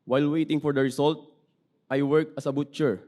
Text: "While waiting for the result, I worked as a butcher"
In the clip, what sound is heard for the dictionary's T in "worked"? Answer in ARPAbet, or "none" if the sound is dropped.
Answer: none